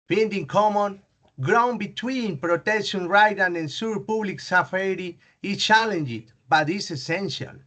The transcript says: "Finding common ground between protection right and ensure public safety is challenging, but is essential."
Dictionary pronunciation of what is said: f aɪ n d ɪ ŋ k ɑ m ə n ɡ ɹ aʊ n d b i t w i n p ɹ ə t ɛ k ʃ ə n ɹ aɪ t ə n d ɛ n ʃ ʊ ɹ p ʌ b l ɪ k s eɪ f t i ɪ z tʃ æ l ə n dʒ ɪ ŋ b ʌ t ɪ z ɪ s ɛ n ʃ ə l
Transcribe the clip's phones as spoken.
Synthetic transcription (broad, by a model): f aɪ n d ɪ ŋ k ɑ m ə n ɡ ɹ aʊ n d b i t w i n p ɹ ə t ɛ k ʃ ə n ɹ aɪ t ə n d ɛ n s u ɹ p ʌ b l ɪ k s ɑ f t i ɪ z tʃ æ l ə n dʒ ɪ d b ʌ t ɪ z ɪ s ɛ n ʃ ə l